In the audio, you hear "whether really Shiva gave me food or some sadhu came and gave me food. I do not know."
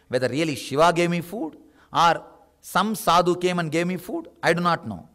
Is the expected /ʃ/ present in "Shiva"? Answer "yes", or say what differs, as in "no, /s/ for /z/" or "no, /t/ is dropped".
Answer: yes